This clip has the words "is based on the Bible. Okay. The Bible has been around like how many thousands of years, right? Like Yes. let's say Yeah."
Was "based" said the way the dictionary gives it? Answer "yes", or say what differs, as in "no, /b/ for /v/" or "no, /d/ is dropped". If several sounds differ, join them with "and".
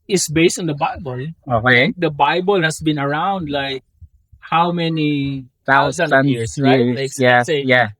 yes